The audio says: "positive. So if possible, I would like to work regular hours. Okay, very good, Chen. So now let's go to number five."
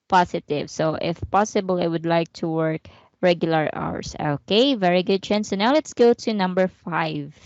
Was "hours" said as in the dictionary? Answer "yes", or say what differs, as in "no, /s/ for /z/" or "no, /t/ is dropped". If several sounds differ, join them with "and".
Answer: no, /s/ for /z/